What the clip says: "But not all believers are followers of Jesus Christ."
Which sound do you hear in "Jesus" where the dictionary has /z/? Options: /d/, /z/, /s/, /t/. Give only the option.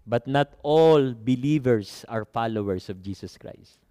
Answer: /s/